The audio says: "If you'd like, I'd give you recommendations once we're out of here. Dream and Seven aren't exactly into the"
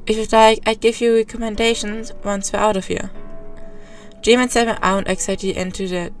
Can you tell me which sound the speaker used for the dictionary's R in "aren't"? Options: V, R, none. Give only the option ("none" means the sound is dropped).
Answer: none